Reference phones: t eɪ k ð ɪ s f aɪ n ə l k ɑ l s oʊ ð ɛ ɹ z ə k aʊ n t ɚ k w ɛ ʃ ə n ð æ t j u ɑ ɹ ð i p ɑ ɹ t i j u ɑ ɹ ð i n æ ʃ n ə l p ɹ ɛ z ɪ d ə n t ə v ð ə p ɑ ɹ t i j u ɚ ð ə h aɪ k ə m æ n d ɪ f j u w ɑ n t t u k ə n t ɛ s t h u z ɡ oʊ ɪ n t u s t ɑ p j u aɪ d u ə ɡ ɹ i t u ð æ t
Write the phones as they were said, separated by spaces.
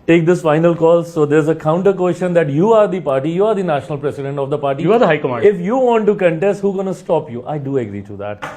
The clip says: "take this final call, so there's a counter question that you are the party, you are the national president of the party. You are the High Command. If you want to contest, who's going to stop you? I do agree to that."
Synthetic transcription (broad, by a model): t eɪ k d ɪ s f aɪ n ə l k ɑ l s oʊ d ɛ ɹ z ə k aʊ n t ɚ k w ɛ ʃ ə n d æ t j u ɑ ɹ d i p ɑ ɹ t i j u ɑ ɹ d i n æ ʃ n ə l p ɹ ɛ s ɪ d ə n t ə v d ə p ɑ ɹ t i j u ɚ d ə h aɪ k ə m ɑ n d ɪ f j u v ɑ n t t u k ə n t ɛ s t h u ɡ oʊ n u s t ɑ p j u aɪ d u ə ɡ ɹ i t u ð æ t